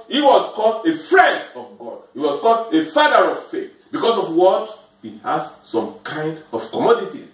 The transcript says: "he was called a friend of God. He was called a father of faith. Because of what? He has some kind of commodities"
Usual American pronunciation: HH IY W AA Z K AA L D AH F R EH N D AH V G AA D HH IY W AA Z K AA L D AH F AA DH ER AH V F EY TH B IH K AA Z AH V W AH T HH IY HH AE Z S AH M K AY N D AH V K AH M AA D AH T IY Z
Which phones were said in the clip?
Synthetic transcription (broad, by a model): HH IY W AA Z K AA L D AH F R EH N D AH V G AA D HH IY W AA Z K AA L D AH F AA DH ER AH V F EY TH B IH K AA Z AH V W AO T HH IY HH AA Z S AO M K AY N D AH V K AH M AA D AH T IY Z